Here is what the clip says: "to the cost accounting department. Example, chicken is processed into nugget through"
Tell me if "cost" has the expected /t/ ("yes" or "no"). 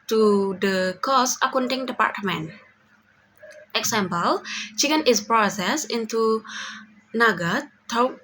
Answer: no